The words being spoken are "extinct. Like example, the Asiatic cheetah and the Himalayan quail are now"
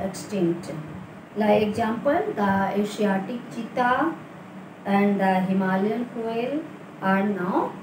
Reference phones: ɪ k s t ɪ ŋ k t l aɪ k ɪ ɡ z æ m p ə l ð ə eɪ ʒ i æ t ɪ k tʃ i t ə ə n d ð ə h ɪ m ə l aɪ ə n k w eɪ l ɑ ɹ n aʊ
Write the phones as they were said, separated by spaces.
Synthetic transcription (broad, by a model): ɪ k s t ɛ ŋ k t l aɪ ɪ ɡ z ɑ m p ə l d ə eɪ ʃ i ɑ t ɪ k tʃ i t ə ə n d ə h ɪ m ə l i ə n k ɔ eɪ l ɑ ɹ n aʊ